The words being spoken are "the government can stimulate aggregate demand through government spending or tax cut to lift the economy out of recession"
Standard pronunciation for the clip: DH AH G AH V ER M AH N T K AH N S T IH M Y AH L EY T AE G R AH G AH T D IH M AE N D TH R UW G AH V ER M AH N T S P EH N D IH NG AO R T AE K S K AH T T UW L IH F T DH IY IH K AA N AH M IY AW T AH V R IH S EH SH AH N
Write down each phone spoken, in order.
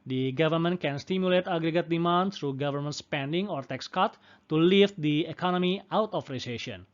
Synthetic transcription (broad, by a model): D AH G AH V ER M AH N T K AH N S T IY M Y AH L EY T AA G R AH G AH T D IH M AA N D S R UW G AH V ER M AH N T S P EH N D IH NG AO R T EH K S K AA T T UW L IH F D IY IH K AA N AH M IY AW T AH F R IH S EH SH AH N